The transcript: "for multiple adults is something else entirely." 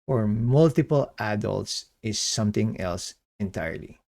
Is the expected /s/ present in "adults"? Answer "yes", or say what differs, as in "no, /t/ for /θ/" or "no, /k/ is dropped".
yes